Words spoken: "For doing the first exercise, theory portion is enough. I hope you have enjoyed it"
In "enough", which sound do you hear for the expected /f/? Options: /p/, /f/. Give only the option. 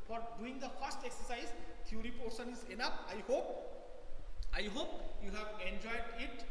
/p/